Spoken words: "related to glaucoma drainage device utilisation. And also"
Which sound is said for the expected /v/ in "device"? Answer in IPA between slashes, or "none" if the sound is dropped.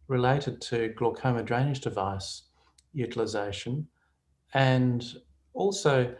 /v/